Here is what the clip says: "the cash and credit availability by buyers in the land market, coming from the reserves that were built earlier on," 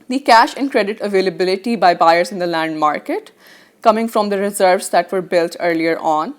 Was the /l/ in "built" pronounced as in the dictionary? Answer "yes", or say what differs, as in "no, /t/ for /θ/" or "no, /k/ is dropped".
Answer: yes